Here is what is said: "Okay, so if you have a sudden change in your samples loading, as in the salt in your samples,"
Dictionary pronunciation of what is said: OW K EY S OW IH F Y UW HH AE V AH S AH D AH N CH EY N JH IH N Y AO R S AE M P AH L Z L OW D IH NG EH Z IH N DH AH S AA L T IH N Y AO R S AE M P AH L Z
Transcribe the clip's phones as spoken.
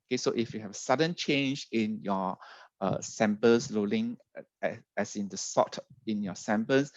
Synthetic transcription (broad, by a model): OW K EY S OW IH F Y UW HH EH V AH S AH D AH N CH EY N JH IH N Y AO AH S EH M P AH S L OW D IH NG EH S IH N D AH S AA T IH N Y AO S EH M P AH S